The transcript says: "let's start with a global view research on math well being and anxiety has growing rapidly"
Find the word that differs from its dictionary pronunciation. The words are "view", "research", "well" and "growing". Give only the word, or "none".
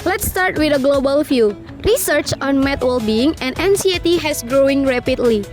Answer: view